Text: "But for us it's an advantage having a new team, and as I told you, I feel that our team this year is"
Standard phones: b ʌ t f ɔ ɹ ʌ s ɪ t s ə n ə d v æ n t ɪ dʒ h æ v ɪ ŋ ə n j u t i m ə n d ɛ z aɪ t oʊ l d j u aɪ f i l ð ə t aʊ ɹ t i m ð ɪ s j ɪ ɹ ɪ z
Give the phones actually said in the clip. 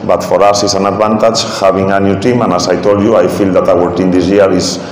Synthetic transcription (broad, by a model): b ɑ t f ɔ ɹ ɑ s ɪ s ə n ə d b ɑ n t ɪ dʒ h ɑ b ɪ ŋ ə n j u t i m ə n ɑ s aɪ t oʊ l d j u aɪ f i l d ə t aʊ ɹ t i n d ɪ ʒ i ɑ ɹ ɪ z